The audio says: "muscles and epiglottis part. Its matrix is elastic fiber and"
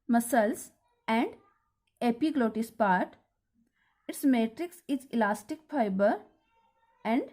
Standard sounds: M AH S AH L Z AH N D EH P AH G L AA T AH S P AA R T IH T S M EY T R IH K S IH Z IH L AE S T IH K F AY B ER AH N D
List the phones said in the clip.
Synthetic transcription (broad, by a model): M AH S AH L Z AH N D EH P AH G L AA T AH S P AA R T IH T S M EY T R IH K S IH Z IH L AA S T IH K F AY B ER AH N D